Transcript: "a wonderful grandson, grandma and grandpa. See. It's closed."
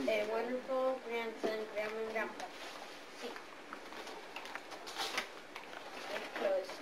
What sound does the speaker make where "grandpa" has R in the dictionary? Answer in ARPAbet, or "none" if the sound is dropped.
none